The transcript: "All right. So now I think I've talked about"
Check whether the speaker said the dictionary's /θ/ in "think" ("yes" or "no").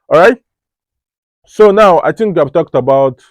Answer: no